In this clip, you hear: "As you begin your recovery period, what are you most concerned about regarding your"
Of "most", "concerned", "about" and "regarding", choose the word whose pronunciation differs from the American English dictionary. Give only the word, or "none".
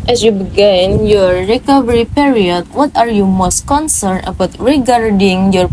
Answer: concerned